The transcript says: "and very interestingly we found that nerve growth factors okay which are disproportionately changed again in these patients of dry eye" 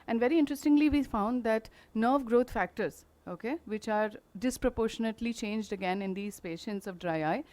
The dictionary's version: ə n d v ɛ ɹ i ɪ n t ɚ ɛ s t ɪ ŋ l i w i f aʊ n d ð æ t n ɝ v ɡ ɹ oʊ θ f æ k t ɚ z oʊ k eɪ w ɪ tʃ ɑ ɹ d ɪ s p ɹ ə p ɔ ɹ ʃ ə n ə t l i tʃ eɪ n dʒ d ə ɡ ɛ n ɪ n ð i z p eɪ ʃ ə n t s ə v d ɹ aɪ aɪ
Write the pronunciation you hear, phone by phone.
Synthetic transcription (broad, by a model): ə n d v ɛ ɹ i ɪ n t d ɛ s t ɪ ŋ l i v i f aʊ n d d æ t n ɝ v ɡ ɹ oʊ t f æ k t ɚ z oʊ k eɪ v ɪ tʃ ɑ ɹ d ɪ s p ɹ ə p ɔ ɹ ʃ ə n ə t l i tʃ eɪ n dʒ d ə ɡ ɛ n ɪ n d i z p eɪ ʃ ə n t s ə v d ɹ aɪ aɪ